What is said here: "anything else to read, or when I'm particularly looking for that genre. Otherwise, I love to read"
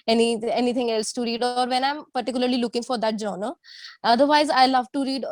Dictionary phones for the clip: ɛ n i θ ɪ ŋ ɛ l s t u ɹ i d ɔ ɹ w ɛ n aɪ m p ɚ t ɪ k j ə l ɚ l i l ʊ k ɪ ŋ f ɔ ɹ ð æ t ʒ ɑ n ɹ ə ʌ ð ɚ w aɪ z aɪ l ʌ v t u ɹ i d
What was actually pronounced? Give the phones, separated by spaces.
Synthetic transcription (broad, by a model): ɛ n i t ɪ ŋ ɛ l s t u ɹ i d ɔ ɹ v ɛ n aɪ m p ɚ t ɪ k j ə l ɚ l i l ʊ k ɪ ŋ f ɔ ɹ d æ t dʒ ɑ n ə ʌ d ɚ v aɪ z aɪ l ʌ v t u ɹ i d